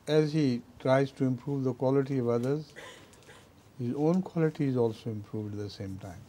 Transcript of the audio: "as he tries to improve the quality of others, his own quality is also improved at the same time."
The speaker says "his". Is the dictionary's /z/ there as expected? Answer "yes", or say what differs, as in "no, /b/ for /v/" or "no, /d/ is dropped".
yes